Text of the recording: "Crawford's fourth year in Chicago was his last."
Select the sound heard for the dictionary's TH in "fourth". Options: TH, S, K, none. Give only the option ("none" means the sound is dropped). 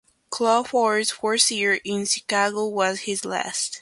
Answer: S